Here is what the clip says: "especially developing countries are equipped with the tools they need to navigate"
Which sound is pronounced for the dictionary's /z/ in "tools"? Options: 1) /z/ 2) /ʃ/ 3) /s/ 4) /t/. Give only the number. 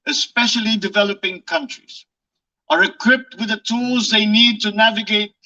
1